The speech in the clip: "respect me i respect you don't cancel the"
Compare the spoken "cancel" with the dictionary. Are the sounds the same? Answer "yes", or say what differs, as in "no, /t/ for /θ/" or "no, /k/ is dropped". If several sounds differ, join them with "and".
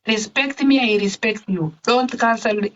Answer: no, /l/ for /n/